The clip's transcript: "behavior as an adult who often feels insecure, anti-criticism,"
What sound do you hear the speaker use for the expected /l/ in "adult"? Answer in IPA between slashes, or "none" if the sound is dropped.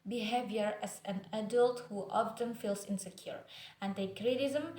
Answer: /l/